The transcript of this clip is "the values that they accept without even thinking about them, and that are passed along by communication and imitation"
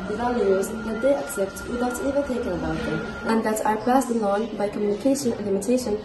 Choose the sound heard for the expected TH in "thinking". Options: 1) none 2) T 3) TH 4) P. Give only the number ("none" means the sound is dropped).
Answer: 2